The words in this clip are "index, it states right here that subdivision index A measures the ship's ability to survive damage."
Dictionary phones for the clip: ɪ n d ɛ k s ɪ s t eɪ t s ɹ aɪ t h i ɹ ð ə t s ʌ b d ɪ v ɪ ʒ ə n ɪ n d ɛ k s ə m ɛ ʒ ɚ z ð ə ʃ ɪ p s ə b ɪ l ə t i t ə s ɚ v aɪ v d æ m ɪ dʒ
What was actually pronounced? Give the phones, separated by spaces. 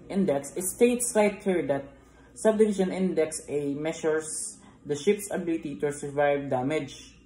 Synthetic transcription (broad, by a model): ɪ n d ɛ k s ɪ s t eɪ t s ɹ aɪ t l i ɹ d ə t s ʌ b d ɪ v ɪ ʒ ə n ɪ n d ɛ k s ə m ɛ ʃ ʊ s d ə ʃ ɪ p s ə b ɪ l ə t i t ə s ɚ v aɪ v d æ m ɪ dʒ